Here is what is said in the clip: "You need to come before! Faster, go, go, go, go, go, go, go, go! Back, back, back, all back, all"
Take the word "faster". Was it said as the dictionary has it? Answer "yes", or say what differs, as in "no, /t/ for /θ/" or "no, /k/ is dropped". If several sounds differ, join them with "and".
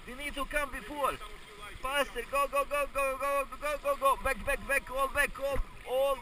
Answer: no, /p/ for /f/